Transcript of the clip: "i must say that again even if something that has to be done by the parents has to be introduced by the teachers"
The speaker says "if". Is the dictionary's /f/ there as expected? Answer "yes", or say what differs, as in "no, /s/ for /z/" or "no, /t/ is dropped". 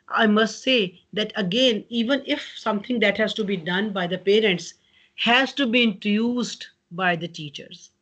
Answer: yes